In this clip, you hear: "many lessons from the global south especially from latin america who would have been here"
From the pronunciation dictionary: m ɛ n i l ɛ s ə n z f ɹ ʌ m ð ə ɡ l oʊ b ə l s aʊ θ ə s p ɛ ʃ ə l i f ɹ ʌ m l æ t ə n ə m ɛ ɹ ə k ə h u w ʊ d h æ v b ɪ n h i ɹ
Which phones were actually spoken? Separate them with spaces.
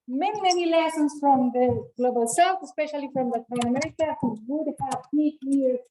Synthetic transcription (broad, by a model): m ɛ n i l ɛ s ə n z f ɹ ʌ m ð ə ɡ l oʊ b ə l s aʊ t ə s p ɛ ʃ ə l i f ɹ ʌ m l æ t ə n ə m ɛ ɹ ə k ə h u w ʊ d h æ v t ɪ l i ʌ